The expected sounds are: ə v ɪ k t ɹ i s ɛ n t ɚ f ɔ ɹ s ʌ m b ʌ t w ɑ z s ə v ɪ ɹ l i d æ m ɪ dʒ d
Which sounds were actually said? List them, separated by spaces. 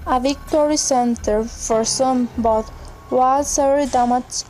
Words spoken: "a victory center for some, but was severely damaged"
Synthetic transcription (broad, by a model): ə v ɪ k t ɹ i s ɛ n t ɚ f ɔ ɹ s ʌ m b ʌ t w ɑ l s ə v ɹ i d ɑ m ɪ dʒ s